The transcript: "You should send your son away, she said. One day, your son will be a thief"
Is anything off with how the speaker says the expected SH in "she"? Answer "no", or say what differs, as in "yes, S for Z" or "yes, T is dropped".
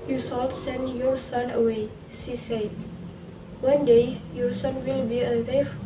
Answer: yes, S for SH